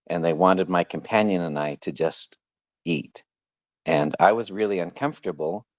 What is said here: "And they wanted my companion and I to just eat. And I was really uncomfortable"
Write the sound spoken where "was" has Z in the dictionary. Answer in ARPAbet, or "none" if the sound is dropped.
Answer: Z